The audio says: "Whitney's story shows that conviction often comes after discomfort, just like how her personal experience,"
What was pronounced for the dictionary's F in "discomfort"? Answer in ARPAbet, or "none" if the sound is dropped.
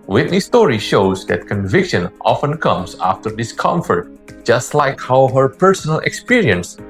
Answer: F